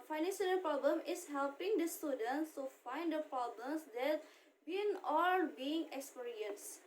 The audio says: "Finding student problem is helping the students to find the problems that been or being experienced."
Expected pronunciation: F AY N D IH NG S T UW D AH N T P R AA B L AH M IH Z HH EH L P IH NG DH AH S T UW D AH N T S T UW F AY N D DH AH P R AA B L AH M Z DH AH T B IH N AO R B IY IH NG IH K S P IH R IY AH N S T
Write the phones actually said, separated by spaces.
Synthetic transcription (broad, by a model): F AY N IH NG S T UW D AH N P R AA B L AH M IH S HH EH L P IH NG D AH S T UW D AH N T S T UW F AY N D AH P R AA B L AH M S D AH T B IH N AO L B IY IH NG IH K S P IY R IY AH N S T